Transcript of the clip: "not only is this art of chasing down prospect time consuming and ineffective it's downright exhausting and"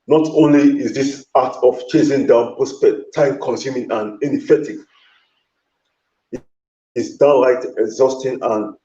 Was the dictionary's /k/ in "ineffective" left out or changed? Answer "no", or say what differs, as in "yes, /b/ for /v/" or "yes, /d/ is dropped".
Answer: yes, /k/ is dropped